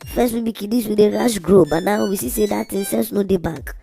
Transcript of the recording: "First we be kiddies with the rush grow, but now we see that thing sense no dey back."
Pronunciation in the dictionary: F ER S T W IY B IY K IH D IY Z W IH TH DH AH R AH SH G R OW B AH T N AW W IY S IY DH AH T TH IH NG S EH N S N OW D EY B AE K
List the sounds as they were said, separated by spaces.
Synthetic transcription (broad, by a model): F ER S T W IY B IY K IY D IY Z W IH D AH R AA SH G R OW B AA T N AW W IY S IY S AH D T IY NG S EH L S N OW D EY B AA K